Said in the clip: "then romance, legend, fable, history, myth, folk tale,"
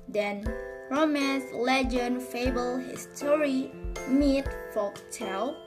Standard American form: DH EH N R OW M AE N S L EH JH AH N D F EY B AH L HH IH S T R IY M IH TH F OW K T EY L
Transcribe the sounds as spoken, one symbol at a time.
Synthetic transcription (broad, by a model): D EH N R OW M AE N S L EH JH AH N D F EY B AH L HH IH S T R IY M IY T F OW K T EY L